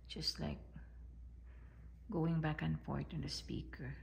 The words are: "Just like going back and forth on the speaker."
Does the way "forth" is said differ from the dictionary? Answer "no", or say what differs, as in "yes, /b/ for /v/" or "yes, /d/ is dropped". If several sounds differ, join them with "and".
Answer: yes, /t/ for /θ/